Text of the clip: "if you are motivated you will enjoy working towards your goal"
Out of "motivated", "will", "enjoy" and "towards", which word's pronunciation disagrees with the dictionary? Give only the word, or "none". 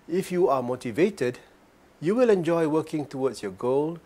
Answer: towards